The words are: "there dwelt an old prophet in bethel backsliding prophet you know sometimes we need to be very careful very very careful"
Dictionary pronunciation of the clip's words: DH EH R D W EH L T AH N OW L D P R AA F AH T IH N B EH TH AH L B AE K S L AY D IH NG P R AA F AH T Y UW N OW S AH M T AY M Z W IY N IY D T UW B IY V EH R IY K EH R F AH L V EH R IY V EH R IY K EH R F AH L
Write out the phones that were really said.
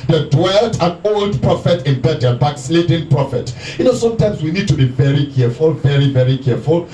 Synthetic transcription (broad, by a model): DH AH D W EH L T AH N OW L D P R AA F AH T IH N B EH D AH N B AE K S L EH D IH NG P R AA F AH T Y UW N OW S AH M T AY M S W IY N IY D T UW B IY V EH R IY K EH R F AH L V EH R IY V EH R IY K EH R F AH L